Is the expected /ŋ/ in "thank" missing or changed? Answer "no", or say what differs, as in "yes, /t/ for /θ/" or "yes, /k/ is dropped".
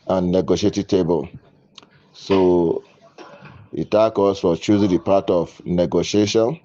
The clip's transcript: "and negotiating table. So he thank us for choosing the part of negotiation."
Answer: yes, /ŋ/ is dropped